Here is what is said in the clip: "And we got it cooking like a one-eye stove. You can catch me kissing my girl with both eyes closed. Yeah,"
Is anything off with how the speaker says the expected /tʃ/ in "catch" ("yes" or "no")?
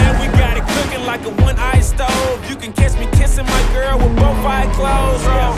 yes